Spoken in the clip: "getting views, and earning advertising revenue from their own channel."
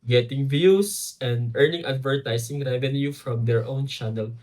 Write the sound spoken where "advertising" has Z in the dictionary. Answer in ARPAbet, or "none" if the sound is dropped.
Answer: S